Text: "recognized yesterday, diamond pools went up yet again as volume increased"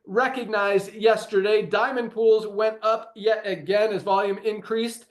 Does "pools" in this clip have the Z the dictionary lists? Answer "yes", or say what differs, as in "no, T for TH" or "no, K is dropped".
yes